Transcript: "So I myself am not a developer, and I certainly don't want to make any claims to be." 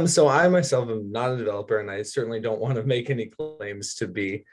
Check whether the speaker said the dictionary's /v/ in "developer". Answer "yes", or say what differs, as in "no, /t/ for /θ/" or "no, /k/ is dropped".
yes